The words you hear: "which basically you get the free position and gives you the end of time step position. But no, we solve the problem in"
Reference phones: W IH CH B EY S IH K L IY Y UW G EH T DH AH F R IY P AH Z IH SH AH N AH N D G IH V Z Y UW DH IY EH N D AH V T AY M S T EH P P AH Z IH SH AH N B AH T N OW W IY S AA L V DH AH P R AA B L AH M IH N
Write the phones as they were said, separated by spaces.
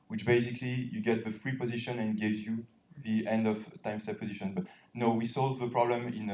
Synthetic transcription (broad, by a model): W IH CH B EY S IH K L IY Y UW G EH T DH AH F R IY P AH Z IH SH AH N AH N G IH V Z Y UW DH IY EH N D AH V T AY M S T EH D P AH Z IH SH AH N B AH T N OW W IY S AA L V DH AH P R AA B L AH M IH N